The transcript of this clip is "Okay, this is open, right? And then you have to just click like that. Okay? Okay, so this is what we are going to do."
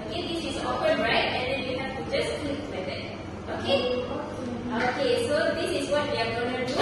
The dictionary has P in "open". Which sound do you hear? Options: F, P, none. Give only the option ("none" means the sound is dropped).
F